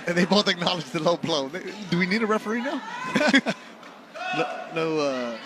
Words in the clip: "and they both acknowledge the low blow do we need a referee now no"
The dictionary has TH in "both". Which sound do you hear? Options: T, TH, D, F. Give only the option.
T